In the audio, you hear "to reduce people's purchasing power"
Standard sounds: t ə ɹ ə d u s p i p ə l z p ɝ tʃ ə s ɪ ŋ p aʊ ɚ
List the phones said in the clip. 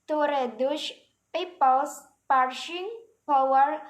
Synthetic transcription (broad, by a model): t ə ɹ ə d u ʃ p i p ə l s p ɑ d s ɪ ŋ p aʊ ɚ